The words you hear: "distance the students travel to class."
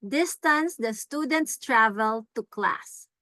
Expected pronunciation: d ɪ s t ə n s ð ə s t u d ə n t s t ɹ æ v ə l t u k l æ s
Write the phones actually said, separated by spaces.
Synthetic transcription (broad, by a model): d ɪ s t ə n s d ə s t u d ə n t s t ɹ æ v ə l t u k l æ s